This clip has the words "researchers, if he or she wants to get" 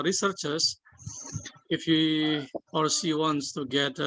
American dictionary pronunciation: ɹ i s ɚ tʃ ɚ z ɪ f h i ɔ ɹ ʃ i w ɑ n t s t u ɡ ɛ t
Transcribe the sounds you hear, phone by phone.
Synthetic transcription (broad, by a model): ɹ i s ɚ tʃ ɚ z ɪ f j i ɔ ɹ s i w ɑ n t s t u ɡ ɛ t